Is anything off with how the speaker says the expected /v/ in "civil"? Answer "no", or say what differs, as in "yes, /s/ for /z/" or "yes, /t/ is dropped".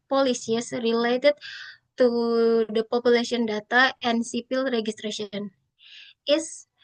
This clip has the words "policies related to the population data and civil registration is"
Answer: yes, /p/ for /v/